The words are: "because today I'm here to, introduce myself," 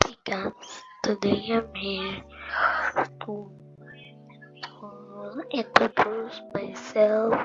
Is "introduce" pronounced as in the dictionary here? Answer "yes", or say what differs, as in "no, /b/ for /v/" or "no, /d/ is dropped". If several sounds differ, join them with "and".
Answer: no, /n/ is dropped and /ɹ/ is dropped